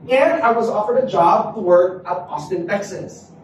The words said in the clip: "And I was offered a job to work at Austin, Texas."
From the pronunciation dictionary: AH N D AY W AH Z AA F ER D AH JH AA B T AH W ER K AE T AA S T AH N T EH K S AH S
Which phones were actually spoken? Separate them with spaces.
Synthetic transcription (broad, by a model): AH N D AY W AH Z AA F ER D AH JH AA B T AH W ER K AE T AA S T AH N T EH K S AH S